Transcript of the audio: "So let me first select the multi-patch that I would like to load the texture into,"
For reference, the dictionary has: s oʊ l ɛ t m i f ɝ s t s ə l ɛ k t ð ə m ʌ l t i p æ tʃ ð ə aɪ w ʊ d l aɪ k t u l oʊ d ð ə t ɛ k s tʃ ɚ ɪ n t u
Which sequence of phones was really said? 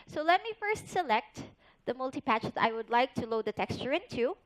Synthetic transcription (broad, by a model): s oʊ l ɛ t m i f ɝ s t s ə l ɛ k t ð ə m ʌ l t i p æ tʃ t aɪ w ʊ d l aɪ k t u l oʊ d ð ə t ɛ k s tʃ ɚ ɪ n t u